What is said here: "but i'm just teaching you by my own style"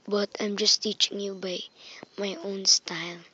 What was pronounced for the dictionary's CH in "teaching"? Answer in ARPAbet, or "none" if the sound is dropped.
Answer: CH